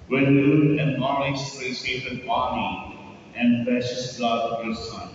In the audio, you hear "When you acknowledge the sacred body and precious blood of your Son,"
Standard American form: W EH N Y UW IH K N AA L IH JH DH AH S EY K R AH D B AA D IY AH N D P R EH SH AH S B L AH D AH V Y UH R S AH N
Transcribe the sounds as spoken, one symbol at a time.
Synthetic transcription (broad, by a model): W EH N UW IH N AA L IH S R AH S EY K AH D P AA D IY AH N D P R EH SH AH S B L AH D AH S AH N